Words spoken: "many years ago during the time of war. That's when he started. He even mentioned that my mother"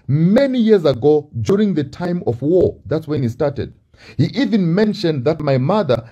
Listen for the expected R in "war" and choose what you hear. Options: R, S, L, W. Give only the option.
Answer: R